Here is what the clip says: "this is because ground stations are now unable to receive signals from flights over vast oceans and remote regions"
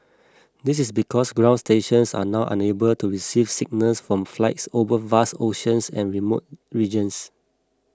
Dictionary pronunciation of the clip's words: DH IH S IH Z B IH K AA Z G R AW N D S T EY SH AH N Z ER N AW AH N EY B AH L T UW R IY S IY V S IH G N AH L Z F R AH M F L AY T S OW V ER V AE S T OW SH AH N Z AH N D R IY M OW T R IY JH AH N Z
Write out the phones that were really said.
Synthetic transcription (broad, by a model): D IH S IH S B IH K AA S G R AW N S T EY SH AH N S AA N AW AH N EY B AH L T UW R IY S IY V S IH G N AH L S F R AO M F L AY T S OW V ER V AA S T OW SH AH N S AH N R IY M OW T R IY JH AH N S